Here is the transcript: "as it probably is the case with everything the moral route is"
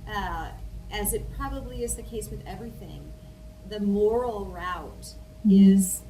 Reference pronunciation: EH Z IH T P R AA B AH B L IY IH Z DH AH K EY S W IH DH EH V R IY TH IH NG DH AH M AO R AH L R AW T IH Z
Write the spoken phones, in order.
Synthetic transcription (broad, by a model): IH Z IH T P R AA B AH B L IY IH Z DH AH K EY S W IH DH EH V R IY TH IH NG DH AH M AO R L R AW T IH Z